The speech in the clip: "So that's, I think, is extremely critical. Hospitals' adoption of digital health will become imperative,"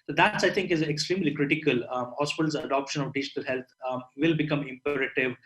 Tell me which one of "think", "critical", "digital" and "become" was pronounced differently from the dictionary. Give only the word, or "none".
think